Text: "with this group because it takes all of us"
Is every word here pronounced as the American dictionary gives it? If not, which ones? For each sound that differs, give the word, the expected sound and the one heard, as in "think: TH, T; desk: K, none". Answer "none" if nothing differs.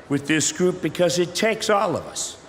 none